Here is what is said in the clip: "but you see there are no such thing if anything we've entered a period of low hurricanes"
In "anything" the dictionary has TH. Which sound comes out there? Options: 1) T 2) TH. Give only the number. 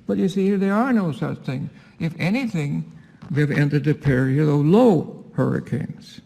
2